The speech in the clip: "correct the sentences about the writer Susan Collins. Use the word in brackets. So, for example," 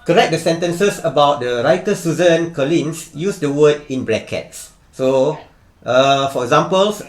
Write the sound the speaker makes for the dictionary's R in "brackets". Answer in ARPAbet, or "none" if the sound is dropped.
L